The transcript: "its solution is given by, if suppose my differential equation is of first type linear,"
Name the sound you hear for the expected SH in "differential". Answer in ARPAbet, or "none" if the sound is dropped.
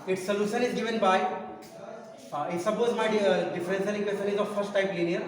S